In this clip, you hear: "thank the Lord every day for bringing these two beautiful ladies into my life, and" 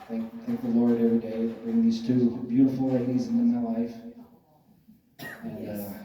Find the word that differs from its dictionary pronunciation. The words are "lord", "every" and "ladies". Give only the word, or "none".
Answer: none